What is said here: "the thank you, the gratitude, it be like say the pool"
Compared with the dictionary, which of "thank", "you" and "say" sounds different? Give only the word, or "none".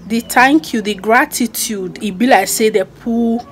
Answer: thank